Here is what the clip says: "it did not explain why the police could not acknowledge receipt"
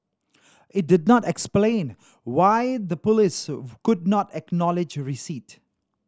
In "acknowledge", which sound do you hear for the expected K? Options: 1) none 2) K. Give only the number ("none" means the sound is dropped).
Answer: 2